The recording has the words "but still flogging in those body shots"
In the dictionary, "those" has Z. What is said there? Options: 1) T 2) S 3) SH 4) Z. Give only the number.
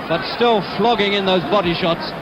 4